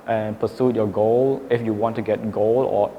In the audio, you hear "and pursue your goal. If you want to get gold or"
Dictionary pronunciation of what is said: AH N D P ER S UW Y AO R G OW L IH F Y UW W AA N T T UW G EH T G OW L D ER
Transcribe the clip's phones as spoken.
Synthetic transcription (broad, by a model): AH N P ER S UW Y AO G OW L IH F Y UW W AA N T T UW G EH T G OW L ER